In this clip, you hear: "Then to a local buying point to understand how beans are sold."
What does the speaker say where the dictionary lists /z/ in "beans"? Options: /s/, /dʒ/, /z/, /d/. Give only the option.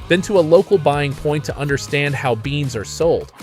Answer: /z/